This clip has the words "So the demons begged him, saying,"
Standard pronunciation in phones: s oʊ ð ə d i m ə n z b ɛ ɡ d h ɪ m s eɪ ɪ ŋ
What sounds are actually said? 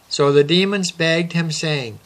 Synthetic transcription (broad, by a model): s oʊ ð ə d i m ə n z b ɛ ɡ d h ɪ m s eɪ ɪ ŋ